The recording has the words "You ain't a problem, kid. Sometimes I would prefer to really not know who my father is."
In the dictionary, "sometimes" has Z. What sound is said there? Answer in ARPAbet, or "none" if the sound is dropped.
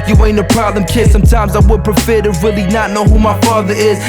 Z